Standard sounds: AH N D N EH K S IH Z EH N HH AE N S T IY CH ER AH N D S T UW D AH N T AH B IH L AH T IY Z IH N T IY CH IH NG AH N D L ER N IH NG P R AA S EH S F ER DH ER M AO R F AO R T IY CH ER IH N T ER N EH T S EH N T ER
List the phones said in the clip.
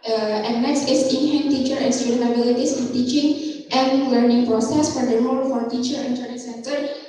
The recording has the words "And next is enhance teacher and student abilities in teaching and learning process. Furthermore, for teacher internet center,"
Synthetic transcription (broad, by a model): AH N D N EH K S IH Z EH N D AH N T IY CH ER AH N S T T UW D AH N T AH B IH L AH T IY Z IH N T IY CH IH NG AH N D L ER N IH NG P R AA S EH S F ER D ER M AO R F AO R T IY CH ER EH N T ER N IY S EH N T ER